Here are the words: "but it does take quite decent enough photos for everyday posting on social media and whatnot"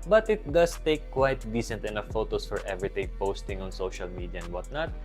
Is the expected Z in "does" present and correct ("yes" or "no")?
no